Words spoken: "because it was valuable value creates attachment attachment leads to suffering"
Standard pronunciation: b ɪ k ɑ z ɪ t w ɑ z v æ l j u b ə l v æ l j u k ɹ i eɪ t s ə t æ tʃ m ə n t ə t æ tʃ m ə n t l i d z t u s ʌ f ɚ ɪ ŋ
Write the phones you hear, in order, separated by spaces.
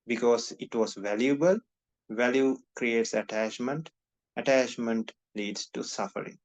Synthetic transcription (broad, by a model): b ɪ k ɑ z ɪ t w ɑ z v æ l j u b ə l v æ l j u k ɹ i eɪ t s ə t æ tʃ m ə n t ə t æ tʃ m ə n t l i d s t u s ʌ f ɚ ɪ ŋ